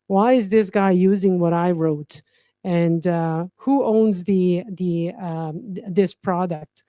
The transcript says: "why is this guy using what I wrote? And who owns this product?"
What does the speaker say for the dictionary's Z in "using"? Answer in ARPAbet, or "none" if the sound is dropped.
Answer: Z